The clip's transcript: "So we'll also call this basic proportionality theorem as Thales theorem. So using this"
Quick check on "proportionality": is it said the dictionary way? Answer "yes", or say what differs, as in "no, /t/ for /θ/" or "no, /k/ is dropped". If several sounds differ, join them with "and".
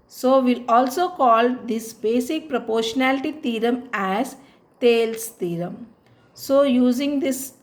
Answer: yes